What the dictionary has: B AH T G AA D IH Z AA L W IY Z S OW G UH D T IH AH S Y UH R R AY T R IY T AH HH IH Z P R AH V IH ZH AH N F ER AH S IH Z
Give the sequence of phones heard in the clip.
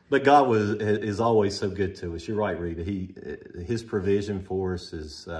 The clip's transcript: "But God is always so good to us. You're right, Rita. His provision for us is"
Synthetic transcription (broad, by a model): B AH T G AA D IH Z AA L W IY Z S OW G UH D T IH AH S Y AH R R AY T R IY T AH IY IH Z P R AH V IH ZH AH N F ER AH S IH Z